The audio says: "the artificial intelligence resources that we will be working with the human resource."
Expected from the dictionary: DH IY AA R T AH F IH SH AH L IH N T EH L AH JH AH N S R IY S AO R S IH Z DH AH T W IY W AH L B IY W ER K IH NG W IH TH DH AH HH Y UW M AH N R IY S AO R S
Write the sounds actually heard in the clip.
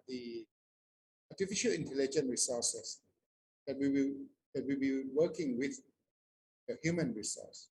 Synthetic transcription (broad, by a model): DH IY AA T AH F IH SH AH L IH N T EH L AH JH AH N R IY S AO S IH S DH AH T W IY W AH W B IY W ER K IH NG W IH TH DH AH HH Y UW M AH N R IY S AO S